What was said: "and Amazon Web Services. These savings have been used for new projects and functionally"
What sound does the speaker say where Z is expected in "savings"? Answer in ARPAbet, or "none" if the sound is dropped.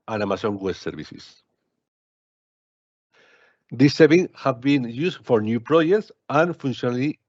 none